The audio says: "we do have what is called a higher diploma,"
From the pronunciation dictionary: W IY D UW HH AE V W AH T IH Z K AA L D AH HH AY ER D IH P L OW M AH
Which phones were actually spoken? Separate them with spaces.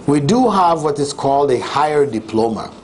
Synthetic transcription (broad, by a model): W IY D UW HH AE V W AH T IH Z K AA L D AH HH AY ER D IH P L OW M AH